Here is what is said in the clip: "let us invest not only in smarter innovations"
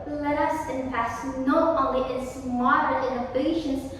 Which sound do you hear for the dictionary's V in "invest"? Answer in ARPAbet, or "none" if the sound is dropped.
none